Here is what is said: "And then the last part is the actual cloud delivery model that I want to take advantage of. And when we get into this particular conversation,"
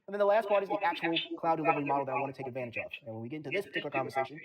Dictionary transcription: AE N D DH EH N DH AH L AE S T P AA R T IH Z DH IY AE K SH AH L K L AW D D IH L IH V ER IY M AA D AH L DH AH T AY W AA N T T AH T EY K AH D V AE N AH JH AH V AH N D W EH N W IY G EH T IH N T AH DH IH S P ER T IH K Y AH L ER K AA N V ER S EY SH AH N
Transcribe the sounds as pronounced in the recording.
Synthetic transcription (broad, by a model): N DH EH N DH AH L AE S T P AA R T IH Z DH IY AE K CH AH L K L AW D D IH L IH V ER IY M AA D L DH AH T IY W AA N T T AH T EY K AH D V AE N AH JH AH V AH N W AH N W IY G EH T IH N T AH DH IH S P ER T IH K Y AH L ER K AA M V ER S EY SH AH N